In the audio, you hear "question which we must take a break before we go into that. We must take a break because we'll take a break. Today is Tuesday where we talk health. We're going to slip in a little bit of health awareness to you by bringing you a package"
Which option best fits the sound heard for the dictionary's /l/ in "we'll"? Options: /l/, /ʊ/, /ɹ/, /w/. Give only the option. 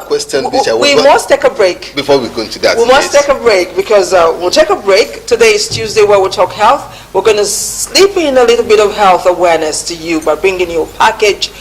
/l/